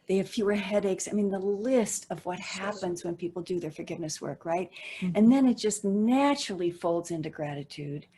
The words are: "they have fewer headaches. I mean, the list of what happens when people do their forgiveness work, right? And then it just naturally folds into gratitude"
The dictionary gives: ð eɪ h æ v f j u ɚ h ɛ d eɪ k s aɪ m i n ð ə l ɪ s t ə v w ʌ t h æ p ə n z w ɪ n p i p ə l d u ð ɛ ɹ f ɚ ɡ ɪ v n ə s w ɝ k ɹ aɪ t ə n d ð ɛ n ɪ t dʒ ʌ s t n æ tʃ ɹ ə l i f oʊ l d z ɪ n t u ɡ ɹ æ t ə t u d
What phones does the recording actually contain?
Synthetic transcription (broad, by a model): ð eɪ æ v f j u ɚ h ɛ d eɪ k s aɪ m i n ð ə l ɪ s t ə v w ʌ t h æ p ə n z w ɪ n p i p l d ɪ ð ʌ ɹ f ɚ ɡ ɪ v n ə s w ɝ k ɹ aɪ t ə n ð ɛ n ɪ t dʒ ʌ s t n æ tʃ ɹ l i f oʊ l d z ɪ n t u ɡ ɹ æ t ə t u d